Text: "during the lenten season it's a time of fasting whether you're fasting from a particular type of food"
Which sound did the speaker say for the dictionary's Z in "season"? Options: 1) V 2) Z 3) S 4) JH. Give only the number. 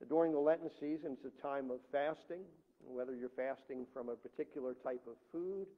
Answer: 2